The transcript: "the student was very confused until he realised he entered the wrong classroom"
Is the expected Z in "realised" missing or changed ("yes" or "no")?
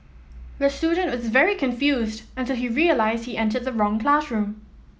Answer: no